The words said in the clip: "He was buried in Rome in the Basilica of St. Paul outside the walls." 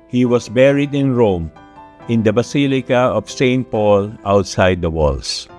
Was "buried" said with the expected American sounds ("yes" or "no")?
yes